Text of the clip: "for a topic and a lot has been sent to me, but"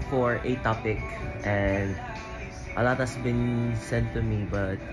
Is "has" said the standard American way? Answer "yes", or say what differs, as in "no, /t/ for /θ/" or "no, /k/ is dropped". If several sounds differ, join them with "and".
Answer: no, /s/ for /z/